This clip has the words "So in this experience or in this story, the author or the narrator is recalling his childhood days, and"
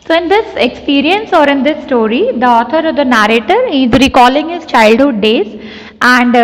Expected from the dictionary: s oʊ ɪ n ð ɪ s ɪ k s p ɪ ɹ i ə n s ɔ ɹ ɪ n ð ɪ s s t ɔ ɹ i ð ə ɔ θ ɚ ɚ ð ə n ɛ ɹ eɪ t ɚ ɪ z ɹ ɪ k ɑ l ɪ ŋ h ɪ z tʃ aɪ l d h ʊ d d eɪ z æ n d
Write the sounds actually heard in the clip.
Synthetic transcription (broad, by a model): s oʊ ɪ n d ɪ s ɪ k s p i ɹ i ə n s ɔ ɹ ɪ n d ɪ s s t ɔ ɹ i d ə ɔ t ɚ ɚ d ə n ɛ ɹ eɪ t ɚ ɪ z ɹ ɪ k ɑ l ɪ ŋ h ɪ z tʃ aɪ l d h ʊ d d eɪ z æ n d